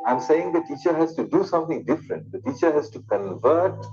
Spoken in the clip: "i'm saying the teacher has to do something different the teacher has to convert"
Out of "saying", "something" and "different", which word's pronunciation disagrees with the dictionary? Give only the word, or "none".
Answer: something